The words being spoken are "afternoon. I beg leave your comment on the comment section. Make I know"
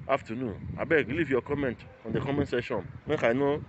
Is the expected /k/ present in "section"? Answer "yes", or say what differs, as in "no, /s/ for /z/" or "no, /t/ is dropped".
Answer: no, /k/ is dropped